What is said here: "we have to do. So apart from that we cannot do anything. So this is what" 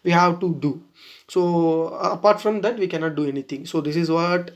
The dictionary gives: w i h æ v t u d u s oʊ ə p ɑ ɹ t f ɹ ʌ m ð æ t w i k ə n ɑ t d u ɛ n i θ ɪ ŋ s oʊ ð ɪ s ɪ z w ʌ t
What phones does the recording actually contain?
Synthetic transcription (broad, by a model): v i h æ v t u d u s oʊ ə p ɑ ɹ t f ɹ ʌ m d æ t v i k ə n ɑ t d u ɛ n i t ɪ ŋ s oʊ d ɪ s ɪ z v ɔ t